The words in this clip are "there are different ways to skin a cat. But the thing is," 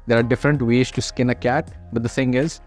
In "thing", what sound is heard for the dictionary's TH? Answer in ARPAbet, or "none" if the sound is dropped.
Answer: F